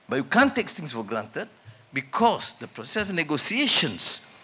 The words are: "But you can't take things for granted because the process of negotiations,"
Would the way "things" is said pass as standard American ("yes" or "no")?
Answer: no